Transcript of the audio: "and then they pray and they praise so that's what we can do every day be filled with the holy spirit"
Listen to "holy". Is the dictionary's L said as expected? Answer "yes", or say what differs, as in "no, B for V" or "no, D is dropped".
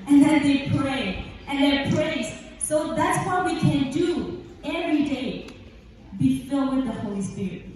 yes